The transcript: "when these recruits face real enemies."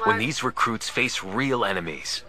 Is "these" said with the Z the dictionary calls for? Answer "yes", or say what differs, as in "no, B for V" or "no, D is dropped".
yes